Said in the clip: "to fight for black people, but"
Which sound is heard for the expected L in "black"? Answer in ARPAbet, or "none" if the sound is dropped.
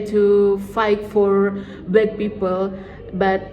none